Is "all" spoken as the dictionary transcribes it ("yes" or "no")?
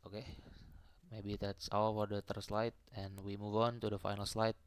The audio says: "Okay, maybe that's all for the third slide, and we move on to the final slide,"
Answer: no